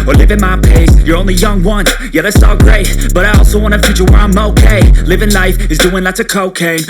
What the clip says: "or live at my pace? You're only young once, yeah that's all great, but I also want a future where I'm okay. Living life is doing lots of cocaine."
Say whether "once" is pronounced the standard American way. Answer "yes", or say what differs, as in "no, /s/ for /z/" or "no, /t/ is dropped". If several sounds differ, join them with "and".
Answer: no, /s/ is dropped